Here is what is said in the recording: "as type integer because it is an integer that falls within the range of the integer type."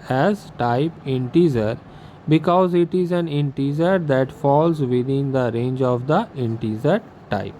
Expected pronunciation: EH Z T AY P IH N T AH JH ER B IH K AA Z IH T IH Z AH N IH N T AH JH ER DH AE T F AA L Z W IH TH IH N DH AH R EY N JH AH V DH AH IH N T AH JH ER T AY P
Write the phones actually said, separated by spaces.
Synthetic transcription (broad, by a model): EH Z T AY P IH N T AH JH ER B IH K AA Z IH T IH Z AH N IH N T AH Z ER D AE T F AA L Z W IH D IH N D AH R EY N JH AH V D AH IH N T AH Z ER T AY P